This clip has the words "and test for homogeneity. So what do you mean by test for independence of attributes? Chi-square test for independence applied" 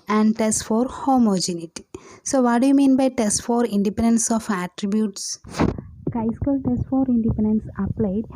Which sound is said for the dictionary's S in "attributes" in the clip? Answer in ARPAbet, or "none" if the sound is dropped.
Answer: S